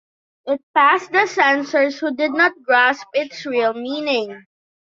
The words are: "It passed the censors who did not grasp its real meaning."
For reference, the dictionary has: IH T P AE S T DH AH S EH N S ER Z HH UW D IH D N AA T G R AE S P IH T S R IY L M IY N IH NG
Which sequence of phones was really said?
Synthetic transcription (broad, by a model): IH T P AE S T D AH S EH N S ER S HH UW D IH D N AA T G R AE S P IH T S R IY L M IY N IH NG